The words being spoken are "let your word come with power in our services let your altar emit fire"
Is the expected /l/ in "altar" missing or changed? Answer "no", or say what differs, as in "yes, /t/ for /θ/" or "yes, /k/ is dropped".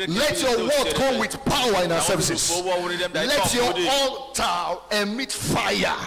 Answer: yes, /l/ is dropped